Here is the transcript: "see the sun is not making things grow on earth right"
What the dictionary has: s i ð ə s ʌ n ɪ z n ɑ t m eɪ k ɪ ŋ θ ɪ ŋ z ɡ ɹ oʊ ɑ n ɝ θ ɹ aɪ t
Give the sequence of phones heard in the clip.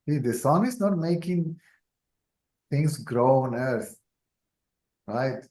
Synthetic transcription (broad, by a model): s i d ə s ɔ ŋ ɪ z n ɑ t m eɪ k ɪ ŋ t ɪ ŋ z ɡ ɹ oʊ ɑ n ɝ s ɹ aɪ t